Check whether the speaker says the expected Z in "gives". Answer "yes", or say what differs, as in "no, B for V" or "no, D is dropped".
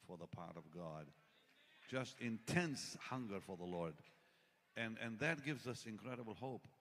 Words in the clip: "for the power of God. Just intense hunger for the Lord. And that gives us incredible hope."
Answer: yes